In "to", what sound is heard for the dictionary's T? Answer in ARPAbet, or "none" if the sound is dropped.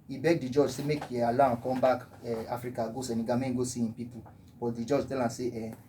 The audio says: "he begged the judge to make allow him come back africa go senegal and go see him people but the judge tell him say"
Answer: S